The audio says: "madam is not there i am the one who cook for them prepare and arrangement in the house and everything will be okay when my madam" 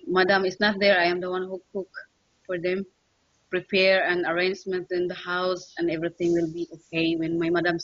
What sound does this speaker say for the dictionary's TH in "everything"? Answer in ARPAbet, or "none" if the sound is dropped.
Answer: T